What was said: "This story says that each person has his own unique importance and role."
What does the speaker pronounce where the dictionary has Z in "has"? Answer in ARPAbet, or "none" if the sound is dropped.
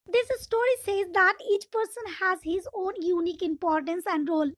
Z